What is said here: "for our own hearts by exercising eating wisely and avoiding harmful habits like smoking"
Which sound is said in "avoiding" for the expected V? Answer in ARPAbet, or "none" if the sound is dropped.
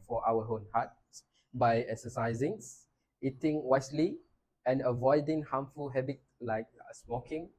V